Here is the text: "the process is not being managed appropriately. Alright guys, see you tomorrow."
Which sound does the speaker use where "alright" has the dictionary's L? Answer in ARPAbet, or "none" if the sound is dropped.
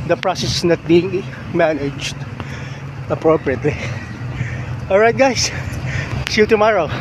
L